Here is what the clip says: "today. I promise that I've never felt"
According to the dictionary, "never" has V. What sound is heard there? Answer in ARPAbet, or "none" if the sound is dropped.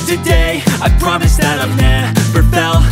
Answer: P